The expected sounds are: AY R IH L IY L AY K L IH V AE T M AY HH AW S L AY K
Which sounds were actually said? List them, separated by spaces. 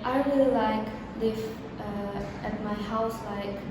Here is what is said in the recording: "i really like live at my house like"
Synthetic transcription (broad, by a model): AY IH W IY L AY K L IH V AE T M AY HH AW S L AY K